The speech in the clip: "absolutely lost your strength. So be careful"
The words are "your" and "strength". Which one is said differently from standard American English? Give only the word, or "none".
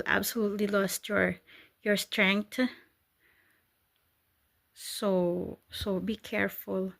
strength